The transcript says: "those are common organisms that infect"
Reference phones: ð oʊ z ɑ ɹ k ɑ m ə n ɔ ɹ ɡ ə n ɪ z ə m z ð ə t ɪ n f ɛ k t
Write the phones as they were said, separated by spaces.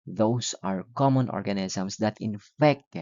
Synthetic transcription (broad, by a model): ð oʊ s ɑ ɹ k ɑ m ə n ɔ ɹ ɡ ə n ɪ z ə m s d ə t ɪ n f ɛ k t